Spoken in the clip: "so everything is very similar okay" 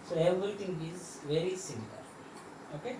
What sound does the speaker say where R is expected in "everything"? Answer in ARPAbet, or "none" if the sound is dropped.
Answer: none